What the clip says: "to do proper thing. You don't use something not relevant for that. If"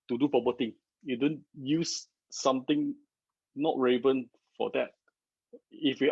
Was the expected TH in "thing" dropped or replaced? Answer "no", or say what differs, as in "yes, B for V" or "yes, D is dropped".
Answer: yes, T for TH